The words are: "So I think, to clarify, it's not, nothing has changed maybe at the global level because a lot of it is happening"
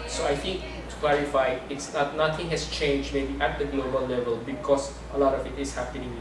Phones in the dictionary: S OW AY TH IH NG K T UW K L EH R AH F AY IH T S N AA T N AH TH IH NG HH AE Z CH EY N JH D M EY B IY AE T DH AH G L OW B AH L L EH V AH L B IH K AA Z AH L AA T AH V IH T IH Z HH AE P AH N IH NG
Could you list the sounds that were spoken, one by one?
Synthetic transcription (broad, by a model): S OW AY T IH NG K T UW K L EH R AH F AY IH T S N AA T N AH T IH NG HH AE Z CH EY N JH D M EY B IY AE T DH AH G L OW B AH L L EH V AH L B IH K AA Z AH L AA T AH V IH T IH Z HH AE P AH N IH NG